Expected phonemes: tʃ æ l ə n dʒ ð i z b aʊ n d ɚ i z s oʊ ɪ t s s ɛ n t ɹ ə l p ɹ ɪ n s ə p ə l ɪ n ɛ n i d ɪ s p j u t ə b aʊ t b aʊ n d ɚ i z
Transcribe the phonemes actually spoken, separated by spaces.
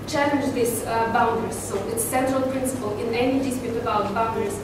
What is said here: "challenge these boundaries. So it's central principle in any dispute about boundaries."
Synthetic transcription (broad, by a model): tʃ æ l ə n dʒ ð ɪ s b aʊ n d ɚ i s oʊ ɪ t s s ɛ n t ɹ ə l p ɹ ɪ n s ə p ə l ɪ n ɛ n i d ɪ s p j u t ə b aʊ t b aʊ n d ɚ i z